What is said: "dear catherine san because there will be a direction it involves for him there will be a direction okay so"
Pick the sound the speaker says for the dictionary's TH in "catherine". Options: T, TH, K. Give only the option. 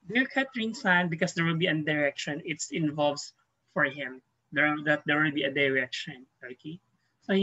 T